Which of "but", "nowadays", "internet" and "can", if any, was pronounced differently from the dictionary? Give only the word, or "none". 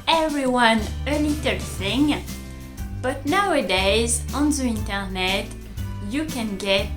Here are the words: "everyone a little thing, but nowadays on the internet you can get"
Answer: none